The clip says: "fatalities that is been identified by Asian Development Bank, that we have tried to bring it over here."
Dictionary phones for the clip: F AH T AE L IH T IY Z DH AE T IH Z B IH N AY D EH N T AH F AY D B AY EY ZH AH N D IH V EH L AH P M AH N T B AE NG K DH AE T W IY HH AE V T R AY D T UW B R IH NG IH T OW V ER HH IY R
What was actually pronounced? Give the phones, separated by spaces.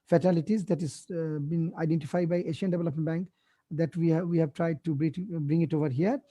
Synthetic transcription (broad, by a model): F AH T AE L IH T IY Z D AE T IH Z B IH N AY D EH N T AH F AY D B AY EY SH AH N D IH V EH L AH P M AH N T B AE NG K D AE T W IY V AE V T R AY D T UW B R IH NG IH T OW V ER HH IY R